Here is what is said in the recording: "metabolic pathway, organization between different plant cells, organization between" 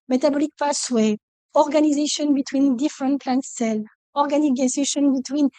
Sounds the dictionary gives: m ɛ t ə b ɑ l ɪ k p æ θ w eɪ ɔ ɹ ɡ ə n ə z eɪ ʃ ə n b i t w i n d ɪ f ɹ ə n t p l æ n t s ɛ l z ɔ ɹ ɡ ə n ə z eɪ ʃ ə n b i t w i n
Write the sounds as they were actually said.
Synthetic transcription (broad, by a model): m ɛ t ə b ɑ l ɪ k p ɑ s w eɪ ɔ ɹ ɡ ə n ə z eɪ ʃ ə n b i t w i n d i f ɹ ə n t p l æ n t s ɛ l ɔ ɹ ɡ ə n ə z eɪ ʃ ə n b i t w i n